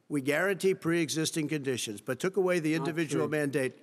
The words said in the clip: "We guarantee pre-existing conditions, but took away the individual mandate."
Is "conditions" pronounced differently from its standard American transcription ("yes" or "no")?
no